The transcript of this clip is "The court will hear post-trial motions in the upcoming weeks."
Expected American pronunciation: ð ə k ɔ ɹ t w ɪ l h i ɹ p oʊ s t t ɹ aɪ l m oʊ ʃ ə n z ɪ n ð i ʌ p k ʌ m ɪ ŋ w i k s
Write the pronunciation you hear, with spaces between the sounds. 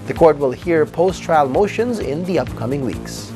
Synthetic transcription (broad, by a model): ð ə k ɔ ɹ t w ɪ l h i ɹ p oʊ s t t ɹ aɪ l m oʊ ʃ ə n z ɪ n ð i ʌ p k ʌ m ɪ ŋ w i k s